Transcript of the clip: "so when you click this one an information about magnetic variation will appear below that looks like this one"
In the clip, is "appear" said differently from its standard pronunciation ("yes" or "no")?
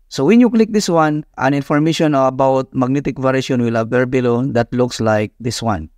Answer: yes